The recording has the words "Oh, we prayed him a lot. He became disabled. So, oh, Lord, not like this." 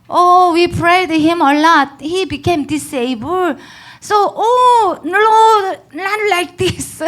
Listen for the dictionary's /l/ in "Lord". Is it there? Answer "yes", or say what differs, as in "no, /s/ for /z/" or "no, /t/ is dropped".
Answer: no, /n/ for /l/